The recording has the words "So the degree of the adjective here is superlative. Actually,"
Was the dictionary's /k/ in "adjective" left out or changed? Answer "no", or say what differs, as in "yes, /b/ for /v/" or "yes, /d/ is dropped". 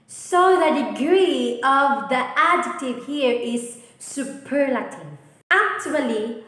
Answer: yes, /k/ is dropped